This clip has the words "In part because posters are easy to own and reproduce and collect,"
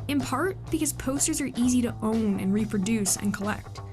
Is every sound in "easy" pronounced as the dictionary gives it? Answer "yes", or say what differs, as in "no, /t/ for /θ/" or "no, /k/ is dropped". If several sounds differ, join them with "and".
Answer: yes